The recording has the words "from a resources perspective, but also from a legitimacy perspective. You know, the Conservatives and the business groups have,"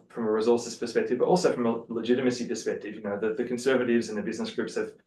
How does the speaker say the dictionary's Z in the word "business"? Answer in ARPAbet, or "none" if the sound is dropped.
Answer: Z